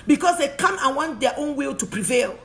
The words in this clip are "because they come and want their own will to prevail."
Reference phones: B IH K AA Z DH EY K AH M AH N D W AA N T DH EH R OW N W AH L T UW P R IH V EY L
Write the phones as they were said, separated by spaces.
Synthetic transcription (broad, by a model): B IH K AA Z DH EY K AH M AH N W AA N T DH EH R OW N W AH L T UW P R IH V EY L